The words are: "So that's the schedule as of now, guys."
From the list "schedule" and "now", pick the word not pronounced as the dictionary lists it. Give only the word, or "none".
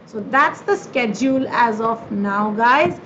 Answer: none